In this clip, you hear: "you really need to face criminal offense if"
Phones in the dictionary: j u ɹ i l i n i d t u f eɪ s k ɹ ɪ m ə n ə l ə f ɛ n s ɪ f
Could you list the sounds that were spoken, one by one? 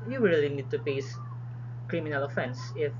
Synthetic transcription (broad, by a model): j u ɹ i l i n i d t u p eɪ s k ɹ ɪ m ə n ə l ə f ɛ n s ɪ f